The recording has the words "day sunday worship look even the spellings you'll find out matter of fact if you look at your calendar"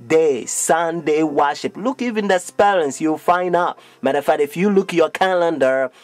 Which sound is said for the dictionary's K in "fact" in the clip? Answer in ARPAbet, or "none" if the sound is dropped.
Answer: none